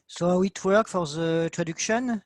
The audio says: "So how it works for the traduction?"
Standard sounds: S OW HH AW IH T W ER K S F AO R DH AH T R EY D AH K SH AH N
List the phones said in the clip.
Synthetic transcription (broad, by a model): S OW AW IH T W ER K F AO R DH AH T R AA D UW K SH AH N